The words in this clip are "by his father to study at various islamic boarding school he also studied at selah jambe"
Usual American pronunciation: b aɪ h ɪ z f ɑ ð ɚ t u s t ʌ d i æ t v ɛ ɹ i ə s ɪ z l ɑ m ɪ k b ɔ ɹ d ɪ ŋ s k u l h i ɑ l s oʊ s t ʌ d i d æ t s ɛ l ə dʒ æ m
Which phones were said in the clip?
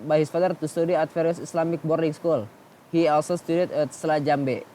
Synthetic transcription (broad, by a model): b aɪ h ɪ s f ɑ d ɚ t u s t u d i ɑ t f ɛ ɹ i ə s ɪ s l ɑ m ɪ k b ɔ ɹ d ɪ ŋ s k u l h i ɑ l s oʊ s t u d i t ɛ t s l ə dʒ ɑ m